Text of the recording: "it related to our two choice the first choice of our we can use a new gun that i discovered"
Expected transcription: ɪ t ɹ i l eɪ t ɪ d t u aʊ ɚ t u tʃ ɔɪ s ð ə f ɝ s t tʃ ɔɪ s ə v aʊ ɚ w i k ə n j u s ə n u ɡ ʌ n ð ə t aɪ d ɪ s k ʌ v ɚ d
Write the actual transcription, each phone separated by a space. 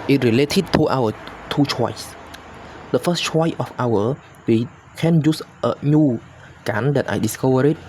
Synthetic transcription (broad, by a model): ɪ t ɹ i l eɪ t ɪ d t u aʊ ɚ t u tʃ ɔɪ s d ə f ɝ s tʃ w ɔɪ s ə f aʊ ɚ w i k ə n j u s ə n u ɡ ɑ n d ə t aɪ d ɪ s k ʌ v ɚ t